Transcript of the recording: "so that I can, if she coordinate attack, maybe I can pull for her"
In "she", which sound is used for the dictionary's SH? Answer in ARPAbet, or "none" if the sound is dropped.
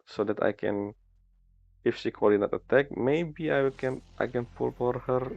S